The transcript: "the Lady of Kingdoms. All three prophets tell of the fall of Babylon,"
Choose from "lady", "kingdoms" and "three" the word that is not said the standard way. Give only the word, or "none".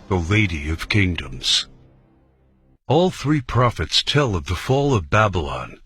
none